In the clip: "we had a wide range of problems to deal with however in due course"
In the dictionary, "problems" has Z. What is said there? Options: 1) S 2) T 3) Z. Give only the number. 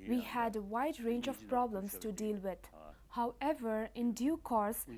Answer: 1